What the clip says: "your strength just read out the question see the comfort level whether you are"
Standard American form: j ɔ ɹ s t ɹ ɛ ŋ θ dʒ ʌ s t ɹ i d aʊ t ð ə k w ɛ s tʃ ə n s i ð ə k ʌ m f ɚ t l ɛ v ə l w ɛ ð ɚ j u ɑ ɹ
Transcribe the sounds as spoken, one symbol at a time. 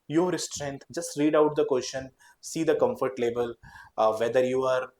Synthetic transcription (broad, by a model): j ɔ ɹ s t ɹ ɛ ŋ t dʒ ʌ s t ɹ i d aʊ t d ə k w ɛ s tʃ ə n s i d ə k ʌ m f ɚ t l ɛ b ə l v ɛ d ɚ j u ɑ ɹ